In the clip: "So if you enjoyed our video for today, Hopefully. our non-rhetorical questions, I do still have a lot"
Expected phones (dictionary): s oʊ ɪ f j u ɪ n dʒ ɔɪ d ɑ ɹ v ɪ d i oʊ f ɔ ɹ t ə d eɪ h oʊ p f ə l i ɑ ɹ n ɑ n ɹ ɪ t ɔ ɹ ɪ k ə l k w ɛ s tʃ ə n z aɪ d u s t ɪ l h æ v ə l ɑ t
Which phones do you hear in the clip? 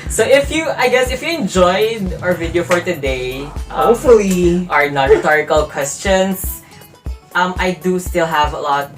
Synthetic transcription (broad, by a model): s oʊ ɪ f j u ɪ n dʒ ɔɪ d ɑ ɹ v ɪ d i oʊ f ɔ ɹ t ə d eɪ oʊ f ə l i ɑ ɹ n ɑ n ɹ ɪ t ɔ ɹ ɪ k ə l k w ɛ s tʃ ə n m aɪ d u s t ɪ l h æ v ə l ɑ t